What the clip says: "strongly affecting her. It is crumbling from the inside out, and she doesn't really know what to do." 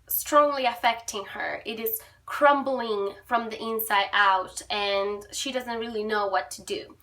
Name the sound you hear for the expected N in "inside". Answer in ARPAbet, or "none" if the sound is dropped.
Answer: N